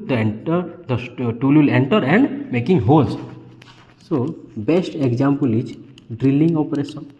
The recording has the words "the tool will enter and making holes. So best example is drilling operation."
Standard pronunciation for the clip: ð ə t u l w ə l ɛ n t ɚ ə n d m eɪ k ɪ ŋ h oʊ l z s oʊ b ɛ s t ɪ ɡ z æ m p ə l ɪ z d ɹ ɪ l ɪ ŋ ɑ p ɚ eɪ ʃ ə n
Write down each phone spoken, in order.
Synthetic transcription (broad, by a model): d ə t u l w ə l ɛ n t ɚ ə n d m eɪ k ɪ ŋ h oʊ z s oʊ b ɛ s t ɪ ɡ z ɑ m p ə l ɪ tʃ d ɹ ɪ l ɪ ŋ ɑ p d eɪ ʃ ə n